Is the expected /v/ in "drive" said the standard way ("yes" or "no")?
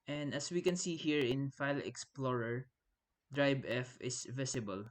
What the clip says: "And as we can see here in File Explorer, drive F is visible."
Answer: no